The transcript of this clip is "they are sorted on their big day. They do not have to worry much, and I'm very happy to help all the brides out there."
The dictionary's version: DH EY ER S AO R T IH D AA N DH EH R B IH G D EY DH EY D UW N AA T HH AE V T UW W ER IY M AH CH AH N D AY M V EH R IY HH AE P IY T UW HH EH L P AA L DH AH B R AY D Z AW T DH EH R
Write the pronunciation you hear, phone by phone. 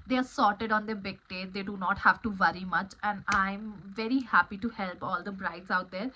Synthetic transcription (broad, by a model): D EY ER S AO R T IH D AA N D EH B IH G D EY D EY D UW N AA T HH AE V T UW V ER IY M AH CH AH N D AY M V EH R IY HH AE P IY T UW HH EH L P AA L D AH B R AY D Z AW T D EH R